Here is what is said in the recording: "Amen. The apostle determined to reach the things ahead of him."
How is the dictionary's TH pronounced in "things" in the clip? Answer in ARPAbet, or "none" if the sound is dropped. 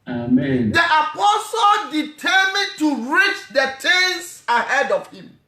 T